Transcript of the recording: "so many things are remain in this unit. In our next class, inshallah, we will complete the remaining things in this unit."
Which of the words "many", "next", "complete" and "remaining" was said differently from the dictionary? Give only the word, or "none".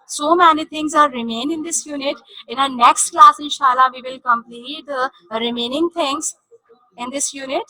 none